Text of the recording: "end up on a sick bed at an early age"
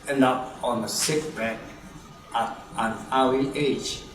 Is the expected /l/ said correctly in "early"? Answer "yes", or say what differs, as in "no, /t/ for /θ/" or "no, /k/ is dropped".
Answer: no, /w/ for /l/